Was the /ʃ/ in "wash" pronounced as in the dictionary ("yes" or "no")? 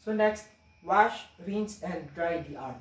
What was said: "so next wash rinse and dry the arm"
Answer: yes